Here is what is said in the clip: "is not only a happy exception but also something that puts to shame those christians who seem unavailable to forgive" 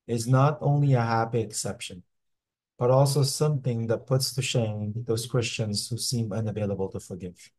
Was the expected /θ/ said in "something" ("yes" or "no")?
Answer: yes